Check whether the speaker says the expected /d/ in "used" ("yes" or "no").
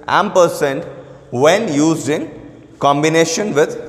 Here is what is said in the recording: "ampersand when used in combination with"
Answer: no